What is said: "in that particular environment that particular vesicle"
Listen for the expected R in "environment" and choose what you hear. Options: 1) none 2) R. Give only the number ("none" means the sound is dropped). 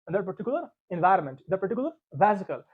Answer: 2